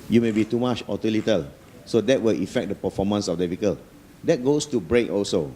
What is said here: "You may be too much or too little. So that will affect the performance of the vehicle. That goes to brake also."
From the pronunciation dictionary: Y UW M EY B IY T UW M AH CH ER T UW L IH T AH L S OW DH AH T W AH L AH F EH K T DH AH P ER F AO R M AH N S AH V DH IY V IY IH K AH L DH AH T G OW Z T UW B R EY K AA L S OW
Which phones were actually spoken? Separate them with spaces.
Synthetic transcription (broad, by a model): Y UW M EY B IY T UW M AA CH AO T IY L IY T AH L S OW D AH T W AH L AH F EH K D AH P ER F AO M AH N S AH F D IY F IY K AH L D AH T G OW S T UW B R EY K AA L S OW